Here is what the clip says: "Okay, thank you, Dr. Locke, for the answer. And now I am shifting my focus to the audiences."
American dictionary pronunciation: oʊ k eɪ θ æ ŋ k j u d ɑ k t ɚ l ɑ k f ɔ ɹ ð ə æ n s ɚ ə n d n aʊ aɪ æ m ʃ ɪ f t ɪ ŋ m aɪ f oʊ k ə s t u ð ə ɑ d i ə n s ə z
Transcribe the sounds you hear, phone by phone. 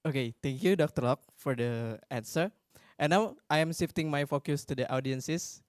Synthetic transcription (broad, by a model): oʊ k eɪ t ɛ ŋ k j u d ɑ k t ɚ l ɑ k f ɔ ɹ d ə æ n s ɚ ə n n aʊ aɪ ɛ m s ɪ f t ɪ ŋ m aɪ f oʊ k ə s t u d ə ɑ d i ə n s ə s